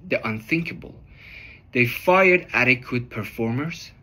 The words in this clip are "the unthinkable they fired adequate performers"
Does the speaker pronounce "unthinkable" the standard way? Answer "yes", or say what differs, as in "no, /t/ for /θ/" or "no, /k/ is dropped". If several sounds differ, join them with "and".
yes